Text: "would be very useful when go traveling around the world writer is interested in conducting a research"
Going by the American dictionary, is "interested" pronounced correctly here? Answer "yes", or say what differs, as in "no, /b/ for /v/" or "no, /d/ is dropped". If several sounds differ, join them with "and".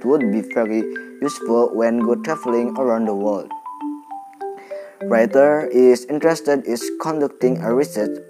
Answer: yes